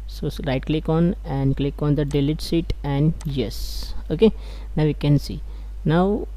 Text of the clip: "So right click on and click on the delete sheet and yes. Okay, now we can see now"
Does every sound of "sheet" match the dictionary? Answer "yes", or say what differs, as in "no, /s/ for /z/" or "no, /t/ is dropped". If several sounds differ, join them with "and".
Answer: no, /s/ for /ʃ/